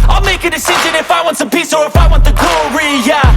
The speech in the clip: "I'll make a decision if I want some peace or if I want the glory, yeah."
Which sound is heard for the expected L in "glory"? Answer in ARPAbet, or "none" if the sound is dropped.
none